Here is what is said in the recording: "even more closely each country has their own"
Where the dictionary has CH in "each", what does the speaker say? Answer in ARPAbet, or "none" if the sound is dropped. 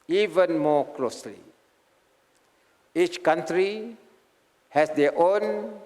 CH